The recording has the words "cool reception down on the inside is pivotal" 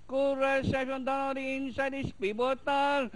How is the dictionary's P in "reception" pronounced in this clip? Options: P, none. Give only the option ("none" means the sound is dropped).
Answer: none